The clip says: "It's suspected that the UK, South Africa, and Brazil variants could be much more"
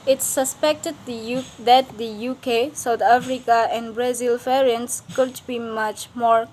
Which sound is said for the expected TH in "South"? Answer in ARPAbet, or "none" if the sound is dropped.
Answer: T